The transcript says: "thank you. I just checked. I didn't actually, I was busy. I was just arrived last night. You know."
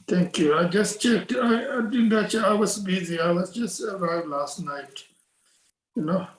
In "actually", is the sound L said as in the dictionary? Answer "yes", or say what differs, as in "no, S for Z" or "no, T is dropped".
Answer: no, L is dropped